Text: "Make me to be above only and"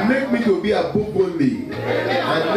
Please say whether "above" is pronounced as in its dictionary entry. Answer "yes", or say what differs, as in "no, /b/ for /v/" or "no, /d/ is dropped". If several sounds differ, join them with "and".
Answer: no, /b/ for /v/